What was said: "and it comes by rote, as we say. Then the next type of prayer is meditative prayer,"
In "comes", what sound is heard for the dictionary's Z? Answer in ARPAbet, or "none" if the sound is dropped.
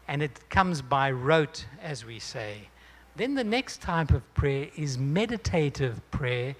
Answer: Z